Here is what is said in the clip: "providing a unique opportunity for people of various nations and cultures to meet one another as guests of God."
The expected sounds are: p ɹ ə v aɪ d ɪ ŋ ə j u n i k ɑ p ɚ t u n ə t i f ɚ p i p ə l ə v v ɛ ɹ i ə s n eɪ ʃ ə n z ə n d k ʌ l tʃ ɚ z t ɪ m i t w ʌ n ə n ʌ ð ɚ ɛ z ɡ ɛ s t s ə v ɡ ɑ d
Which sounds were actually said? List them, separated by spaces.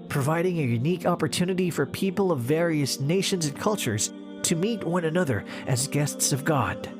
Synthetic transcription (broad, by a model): p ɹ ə v aɪ d ɪ ŋ ə j u n i k ɑ p ɚ t u n ə t i f ɚ p i p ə l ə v v ɛ ɹ i ə s n eɪ ʃ ə n z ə n k ʌ l tʃ ɚ z t ɪ m i t w ʌ n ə n ʌ ð ɚ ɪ z ɡ ɛ s t s ə v ɡ ɑ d